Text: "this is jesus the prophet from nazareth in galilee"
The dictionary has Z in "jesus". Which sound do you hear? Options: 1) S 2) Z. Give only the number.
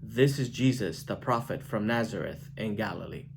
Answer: 2